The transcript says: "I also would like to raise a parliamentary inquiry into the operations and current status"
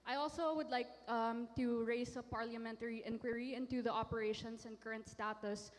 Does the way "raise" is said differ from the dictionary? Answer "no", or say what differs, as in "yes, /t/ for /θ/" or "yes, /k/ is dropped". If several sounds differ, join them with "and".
yes, /s/ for /z/